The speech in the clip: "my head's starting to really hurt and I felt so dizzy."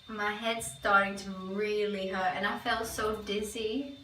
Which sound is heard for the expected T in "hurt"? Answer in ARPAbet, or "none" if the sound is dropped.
none